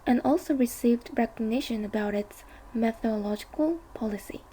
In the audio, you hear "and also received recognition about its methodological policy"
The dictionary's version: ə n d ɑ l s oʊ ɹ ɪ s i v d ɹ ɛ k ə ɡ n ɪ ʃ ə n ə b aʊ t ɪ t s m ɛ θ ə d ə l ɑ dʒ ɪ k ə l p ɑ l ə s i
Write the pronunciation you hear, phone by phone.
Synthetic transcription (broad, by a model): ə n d ɑ l s oʊ ɹ ɪ s i v d ɹ ɛ k ə ɡ n ɪ ʃ ə n ə b aʊ t ɪ t s m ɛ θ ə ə l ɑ dʒ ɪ k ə l p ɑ l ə s i